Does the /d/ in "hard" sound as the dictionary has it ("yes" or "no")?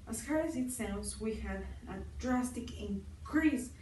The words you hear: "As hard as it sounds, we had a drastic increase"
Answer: no